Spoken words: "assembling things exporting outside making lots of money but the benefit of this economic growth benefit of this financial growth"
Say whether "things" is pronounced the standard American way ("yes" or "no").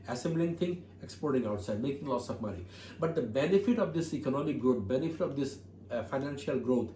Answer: no